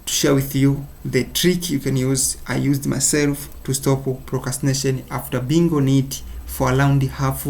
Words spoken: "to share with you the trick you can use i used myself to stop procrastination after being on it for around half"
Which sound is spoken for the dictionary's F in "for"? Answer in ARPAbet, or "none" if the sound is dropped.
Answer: F